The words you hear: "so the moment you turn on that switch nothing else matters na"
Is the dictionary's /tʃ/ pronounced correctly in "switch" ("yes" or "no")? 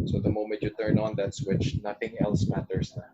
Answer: yes